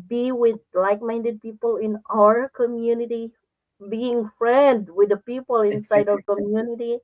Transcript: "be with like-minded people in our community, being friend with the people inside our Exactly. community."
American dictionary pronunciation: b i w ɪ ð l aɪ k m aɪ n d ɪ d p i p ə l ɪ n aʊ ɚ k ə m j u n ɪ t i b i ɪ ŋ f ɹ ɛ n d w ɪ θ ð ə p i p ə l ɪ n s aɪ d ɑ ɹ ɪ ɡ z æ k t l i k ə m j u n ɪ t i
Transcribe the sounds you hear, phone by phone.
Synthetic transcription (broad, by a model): b i w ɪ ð l aɪ k m aɪ n d ɪ d p i p ə l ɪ n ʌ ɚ k ə m j u n ɪ t i b i ɪ ŋ f ɹ ɛ n d w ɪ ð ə p i p ə l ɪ n s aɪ ɑ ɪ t i k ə m j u n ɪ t i